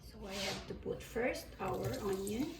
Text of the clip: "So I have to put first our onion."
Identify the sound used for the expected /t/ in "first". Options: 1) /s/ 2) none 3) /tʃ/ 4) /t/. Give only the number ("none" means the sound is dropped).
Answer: 4